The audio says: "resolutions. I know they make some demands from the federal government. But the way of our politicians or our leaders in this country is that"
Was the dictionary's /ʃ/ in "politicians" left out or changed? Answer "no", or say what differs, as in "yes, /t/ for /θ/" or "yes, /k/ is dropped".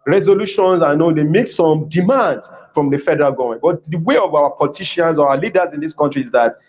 yes, /ʃ/ is dropped